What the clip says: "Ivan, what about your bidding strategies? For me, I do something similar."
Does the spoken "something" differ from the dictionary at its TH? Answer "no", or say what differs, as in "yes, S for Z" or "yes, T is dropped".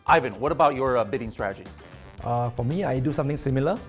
yes, T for TH